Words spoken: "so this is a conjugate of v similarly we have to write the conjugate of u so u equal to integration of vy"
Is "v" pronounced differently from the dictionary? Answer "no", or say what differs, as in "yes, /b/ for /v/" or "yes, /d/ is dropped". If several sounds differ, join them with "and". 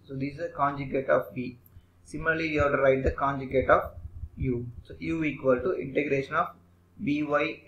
yes, /b/ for /v/